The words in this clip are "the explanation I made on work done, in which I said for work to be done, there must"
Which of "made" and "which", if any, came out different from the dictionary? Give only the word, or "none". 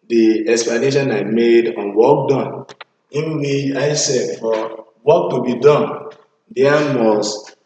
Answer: which